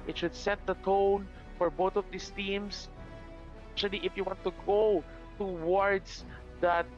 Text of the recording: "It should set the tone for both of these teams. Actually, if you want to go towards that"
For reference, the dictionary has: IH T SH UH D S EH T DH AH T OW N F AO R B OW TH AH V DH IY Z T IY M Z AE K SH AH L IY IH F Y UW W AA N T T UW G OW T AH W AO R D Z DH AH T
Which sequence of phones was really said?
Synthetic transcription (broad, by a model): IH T SH UH D S EH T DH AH T OW N F AO R B OW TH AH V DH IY S T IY M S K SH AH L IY IH F Y UW W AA N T T UW G OW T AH W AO R D S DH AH T